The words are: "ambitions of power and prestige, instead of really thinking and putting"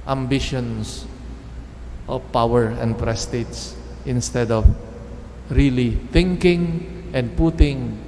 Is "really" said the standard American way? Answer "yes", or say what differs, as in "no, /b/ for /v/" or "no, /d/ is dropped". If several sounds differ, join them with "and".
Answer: yes